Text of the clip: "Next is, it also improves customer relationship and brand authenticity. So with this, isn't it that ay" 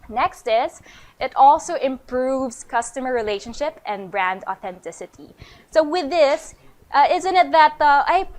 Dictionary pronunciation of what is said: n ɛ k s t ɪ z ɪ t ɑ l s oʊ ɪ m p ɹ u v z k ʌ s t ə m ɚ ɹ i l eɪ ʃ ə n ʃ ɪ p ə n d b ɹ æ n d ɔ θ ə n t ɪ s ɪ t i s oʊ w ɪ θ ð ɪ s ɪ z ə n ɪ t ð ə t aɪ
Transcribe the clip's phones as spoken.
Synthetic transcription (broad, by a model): n ɛ k s t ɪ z ɪ t ɑ l s oʊ ɪ m p ɹ u v z k ʌ s t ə m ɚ ɹ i l eɪ ʃ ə n ʃ ɪ p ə n b ɹ æ n d ɔ θ ə n t ɪ s ɪ t i s oʊ w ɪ ð ɪ s ɪ z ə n ɪ t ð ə t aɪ